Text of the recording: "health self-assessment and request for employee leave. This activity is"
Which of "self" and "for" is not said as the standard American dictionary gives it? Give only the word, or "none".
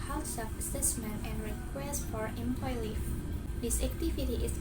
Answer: self